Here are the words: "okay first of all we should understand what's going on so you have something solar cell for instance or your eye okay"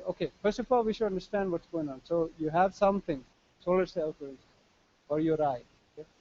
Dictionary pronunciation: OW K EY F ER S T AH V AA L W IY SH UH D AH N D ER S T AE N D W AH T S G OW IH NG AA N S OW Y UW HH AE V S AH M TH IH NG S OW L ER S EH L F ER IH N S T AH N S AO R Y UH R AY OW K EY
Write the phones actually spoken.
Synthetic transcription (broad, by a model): OW K EY F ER S T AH F AA L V IY SH UH D AH N D ER S T AE N D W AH T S G OW IH NG AA N S OW Y UW HH AE V S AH M T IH NG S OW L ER S EH L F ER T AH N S AO R Y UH R AY OW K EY